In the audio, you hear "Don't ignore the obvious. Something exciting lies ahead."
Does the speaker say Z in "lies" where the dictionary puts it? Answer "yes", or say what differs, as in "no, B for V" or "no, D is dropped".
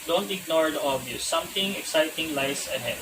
no, S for Z